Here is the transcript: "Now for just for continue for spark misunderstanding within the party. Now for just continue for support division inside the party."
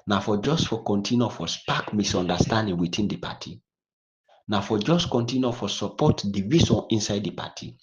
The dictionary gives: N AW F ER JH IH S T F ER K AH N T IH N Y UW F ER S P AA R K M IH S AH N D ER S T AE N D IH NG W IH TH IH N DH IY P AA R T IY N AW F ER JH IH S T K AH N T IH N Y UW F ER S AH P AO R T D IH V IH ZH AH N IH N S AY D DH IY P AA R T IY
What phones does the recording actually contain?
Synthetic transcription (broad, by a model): N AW F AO JH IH S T F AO K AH N T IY N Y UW F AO S P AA K M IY S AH N D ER S T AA N D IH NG W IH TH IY N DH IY P AA T IY N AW F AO JH IH S T K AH N T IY N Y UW F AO S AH P AO T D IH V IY S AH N IH N S AY D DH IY P AA T IY